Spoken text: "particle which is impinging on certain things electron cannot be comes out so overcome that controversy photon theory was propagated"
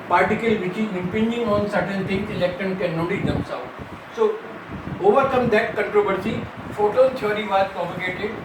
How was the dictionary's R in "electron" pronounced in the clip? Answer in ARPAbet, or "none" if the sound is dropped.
none